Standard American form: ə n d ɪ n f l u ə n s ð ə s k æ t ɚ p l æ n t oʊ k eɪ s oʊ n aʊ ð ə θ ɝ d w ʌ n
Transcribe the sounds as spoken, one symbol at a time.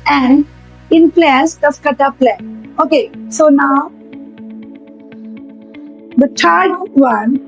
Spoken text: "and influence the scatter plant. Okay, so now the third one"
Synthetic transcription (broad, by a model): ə n d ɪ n p l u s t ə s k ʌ t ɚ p l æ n oʊ k eɪ s oʊ n aʊ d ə t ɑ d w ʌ n